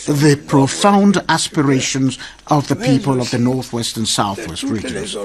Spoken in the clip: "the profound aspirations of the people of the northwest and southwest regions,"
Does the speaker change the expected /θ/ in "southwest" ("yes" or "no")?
no